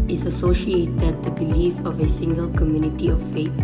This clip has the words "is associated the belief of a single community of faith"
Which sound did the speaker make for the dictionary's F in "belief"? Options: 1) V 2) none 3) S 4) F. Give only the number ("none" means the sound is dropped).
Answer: 4